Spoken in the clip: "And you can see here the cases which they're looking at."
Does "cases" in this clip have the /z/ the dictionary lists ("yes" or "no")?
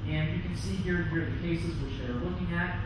yes